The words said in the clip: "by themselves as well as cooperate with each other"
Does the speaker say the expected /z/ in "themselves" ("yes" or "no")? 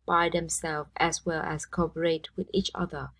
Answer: no